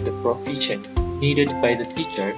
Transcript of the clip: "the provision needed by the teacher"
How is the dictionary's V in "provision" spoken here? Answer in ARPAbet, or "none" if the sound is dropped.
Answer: F